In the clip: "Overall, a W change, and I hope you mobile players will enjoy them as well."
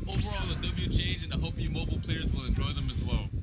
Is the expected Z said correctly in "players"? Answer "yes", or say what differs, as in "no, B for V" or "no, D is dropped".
yes